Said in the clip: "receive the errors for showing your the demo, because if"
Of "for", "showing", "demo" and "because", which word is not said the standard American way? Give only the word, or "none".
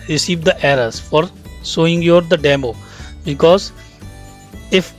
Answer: showing